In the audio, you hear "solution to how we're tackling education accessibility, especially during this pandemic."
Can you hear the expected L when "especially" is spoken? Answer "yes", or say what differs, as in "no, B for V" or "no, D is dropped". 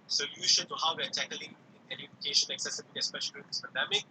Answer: no, L is dropped